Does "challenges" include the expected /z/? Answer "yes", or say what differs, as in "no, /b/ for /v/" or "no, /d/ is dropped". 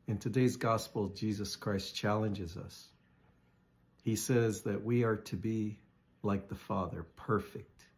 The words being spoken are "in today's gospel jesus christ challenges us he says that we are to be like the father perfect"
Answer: yes